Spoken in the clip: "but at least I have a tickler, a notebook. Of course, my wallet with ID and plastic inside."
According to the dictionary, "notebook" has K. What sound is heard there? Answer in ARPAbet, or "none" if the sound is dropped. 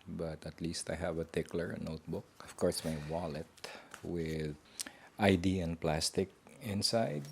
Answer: K